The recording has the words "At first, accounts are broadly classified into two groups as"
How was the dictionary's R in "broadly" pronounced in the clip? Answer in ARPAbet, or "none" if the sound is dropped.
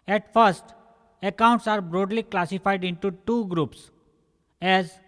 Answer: R